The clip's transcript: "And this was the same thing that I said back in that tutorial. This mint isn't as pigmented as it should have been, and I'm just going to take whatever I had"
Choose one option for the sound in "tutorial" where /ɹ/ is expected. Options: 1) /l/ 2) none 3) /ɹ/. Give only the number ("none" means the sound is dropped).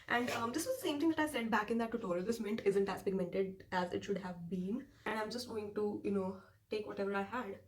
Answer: 1